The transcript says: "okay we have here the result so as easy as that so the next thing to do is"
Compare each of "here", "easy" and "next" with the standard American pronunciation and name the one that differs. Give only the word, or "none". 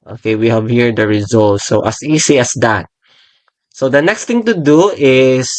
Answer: easy